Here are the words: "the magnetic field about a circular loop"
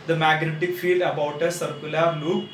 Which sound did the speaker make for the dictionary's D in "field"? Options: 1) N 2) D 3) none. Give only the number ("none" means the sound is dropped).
2